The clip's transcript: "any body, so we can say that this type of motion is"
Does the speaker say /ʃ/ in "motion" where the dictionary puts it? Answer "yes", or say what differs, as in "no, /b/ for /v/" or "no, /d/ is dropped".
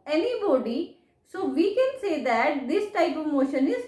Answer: yes